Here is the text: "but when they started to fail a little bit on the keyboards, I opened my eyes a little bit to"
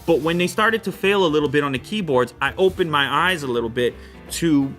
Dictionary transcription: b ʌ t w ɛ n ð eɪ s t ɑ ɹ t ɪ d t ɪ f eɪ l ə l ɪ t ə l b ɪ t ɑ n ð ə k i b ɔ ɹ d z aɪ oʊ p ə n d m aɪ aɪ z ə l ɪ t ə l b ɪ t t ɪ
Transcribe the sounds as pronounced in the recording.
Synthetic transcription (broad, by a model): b ʌ t w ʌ n ð eɪ s t ɑ ɹ t ɪ d t ɪ f eɪ l ə l ɪ t l b ɪ t n ð ə k i b ɔ ɹ d z aɪ oʊ p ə n m aɪ aɪ z ə l ɪ t l b ɪ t t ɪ